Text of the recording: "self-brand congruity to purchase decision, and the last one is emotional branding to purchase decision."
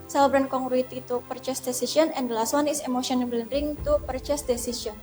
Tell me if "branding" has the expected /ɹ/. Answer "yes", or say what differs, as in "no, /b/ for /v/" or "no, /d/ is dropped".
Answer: no, /l/ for /ɹ/